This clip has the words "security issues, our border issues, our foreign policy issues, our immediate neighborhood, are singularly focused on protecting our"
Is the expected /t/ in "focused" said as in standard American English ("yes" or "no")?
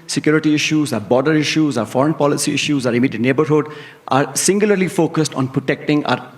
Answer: yes